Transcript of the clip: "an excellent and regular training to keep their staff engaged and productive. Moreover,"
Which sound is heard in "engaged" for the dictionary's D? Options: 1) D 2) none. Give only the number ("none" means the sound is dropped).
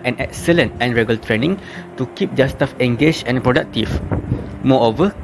2